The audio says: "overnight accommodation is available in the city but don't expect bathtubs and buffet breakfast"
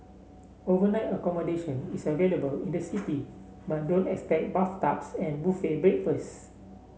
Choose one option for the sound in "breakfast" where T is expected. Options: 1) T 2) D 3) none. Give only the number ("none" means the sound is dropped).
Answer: 3